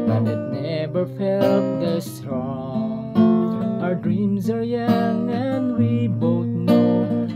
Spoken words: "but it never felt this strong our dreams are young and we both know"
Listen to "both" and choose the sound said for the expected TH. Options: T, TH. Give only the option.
TH